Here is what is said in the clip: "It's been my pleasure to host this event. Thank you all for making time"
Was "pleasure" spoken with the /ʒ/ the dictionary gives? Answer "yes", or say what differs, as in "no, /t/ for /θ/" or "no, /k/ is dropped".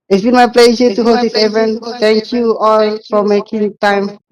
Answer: no, /s/ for /ʒ/